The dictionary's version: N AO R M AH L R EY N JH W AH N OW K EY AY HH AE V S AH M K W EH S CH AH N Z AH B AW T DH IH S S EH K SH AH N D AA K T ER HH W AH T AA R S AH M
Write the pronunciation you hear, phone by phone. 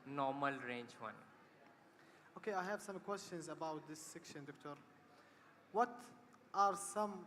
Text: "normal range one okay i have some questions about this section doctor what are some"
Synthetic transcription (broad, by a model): N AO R M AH L R EY N JH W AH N OW K EY AY HH AE V S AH M K W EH S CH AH N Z AH B AW T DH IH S S EH K SH AH N D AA K T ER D W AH T AA R S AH M